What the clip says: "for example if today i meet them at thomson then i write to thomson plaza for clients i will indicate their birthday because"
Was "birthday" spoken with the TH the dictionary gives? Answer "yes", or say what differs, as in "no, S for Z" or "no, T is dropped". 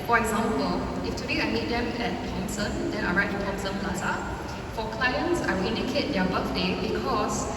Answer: no, F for TH